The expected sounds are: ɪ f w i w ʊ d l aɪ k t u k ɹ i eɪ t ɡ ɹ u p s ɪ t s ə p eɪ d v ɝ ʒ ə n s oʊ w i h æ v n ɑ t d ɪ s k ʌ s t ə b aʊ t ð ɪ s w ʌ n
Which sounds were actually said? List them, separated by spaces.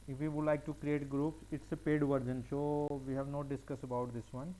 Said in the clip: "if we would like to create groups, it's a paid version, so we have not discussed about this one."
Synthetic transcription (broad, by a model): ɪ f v i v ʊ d l aɪ k t u k ɹ i eɪ t ɡ ɹ u p s ɪ t s ə p eɪ d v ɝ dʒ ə n ʃ oʊ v i h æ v n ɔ d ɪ s k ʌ s ə b aʊ t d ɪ s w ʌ n